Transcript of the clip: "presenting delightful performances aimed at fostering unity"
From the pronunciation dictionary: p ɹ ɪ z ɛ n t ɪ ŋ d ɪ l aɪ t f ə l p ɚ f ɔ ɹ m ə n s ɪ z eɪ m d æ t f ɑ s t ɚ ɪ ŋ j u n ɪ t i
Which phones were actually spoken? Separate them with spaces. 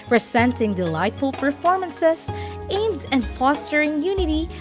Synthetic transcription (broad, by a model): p ɹ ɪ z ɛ n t ɪ ŋ d ɪ l aɪ t f ə l p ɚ f ɔ ɹ m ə n s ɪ s eɪ m d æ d f ɑ s t ɚ ɪ ŋ j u n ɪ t i